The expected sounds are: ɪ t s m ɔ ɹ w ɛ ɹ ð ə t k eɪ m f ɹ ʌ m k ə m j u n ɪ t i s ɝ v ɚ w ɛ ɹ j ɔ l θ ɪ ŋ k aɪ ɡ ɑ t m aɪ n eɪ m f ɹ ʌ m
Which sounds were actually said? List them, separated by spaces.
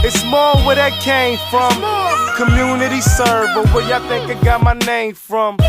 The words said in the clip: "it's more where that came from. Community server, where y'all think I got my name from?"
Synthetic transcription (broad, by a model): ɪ t s m ɔ ɹ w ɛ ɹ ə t k eɪ m f ɹ ʌ m k ə m j u n ɪ t i s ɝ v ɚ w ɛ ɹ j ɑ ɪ θ ɪ ŋ k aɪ ɡ ɑ t m aɪ n eɪ m f ɹ ʌ m